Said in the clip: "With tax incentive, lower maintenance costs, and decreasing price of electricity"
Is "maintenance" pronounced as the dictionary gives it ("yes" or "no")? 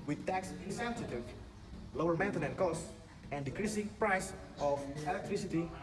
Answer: no